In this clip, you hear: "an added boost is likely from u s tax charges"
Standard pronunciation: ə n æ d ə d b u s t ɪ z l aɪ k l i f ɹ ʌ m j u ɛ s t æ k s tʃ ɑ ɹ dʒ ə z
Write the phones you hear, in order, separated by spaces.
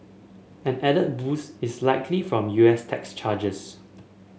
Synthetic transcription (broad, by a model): ə n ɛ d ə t b u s ɪ s l aɪ k l i f ɹ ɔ m j u ɛ s t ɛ k s tʃ ɑ dʒ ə s